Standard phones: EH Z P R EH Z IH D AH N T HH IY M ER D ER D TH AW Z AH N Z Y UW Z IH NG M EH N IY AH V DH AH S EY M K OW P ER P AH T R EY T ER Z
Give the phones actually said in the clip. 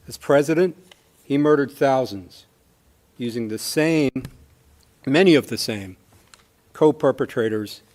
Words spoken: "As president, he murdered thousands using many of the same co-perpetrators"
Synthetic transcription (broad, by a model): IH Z P R EH Z IH D AH N T HH IY M ER D ER D TH AW Z AH N Z Y UW Z IH NG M EH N IY AH V DH AH S EY M K OW P ER P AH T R EY T ER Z